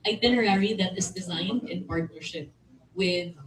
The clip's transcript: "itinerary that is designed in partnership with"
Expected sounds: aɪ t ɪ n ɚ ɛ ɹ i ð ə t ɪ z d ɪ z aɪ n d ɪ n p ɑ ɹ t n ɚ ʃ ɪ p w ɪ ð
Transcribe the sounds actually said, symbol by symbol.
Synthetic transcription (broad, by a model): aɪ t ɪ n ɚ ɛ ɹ i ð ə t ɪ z d ɪ z aɪ n d ɪ n p ɑ ɹ t n ɚ ʃ ɪ p w ɪ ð